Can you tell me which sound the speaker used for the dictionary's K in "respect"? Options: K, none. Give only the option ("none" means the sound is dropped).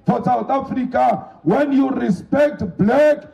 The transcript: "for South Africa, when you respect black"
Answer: K